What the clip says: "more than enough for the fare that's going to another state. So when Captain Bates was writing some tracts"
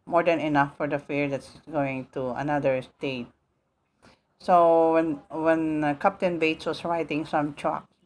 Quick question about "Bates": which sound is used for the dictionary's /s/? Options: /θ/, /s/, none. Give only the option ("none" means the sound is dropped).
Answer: /s/